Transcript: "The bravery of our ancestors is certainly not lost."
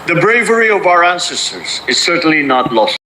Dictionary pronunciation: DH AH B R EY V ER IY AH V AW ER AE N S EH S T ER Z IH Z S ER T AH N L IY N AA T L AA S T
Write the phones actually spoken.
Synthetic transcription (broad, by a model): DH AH B R EY V ER IY AH V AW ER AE N S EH S T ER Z IH Z S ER T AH N L IY N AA T L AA S